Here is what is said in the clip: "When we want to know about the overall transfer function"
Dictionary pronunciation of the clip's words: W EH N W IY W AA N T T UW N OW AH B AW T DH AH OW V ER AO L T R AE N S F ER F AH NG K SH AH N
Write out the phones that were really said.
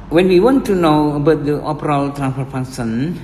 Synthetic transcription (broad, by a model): W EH N W IY W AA N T T UW N OW AH B AW T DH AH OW P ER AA L T R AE N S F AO F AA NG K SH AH N